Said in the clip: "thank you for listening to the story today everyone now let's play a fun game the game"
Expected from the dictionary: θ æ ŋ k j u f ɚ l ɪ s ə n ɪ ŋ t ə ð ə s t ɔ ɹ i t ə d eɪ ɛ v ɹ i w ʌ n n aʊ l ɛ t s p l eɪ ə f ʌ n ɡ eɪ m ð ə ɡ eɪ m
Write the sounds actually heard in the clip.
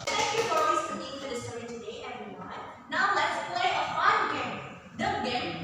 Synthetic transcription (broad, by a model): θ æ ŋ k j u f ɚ w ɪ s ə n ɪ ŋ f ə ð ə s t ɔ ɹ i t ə d eɪ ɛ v ɹ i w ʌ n n aʊ l ɛ t s p l eɪ ə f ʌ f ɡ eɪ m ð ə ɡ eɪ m